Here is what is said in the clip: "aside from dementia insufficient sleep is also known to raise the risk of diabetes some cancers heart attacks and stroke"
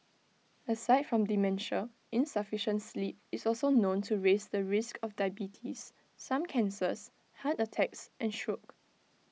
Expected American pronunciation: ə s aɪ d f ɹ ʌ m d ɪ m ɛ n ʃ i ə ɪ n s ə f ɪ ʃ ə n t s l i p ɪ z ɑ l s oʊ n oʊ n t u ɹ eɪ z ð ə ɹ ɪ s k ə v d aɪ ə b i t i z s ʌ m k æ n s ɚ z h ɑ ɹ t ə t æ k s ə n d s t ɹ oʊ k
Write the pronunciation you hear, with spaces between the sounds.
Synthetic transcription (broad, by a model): ə s aɪ d f ɹ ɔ m d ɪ m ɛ n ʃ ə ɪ n s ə f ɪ ʃ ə n t s l i p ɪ s ɑ l s oʊ n oʊ n t u ɹ eɪ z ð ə ɹ ɪ s k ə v d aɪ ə b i t i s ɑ m k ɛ n s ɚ s h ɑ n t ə t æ k s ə n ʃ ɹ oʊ k